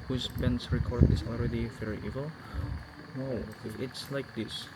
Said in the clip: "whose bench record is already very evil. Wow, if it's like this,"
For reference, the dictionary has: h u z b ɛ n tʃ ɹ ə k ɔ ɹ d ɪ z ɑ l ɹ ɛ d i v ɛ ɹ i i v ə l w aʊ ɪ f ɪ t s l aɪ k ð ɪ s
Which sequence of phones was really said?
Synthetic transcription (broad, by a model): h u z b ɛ n s ɹ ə k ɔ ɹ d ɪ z ɑ l ɹ ɛ d i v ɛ ɹ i i v ə l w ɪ ɪ t s l aɪ k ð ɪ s